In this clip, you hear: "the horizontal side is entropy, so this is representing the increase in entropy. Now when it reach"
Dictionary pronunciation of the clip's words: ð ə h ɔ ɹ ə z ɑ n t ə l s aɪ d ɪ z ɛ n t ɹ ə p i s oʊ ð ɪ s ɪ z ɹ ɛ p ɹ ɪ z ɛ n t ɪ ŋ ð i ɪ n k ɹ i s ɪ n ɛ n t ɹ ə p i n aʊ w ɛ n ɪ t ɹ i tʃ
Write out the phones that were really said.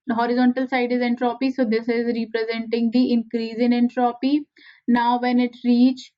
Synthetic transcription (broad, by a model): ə h ɔ ɹ ə z ɑ n t ə l s aɪ d ɪ z ɛ n t ɹ ə p i s oʊ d ɪ s ɪ z ɹ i p ɹ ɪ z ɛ n t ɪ ŋ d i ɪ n k ɹ i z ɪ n ɛ n t ɹ ə p i n aʊ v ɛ n ɪ t ɹ i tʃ